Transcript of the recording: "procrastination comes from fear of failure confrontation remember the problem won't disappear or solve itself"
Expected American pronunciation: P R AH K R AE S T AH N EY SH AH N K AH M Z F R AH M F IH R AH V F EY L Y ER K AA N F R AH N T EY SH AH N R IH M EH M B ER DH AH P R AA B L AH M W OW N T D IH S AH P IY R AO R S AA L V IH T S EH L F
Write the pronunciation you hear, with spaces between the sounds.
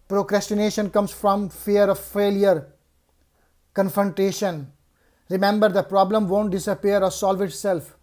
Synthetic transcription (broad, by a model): P R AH K R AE S T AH N EY SH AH N K AH M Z F R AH M F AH R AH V F EY L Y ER K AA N F R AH N T EY SH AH N R IH M EH M B ER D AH P R AA B L AH M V OW N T D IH S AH P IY R AO R S AA L V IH T S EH L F